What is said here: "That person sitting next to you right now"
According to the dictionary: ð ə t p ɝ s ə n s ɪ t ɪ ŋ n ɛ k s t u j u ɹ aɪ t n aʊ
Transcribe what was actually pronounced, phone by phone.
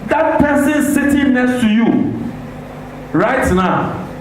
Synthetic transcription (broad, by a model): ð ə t p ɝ s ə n s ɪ t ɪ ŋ n ɛ k s t u j u ɹ aɪ t n aʊ